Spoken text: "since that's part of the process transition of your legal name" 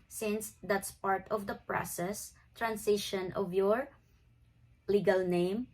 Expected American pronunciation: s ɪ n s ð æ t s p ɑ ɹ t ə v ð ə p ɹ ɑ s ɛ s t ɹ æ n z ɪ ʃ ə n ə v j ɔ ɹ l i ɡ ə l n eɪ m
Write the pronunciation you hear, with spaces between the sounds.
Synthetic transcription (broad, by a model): s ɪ n s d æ t s p ɑ ɹ t ə v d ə p ɹ ɑ s ɛ s t ɹ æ n s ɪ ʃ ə n ə v j ɔ ɹ l i ɡ ə l n eɪ m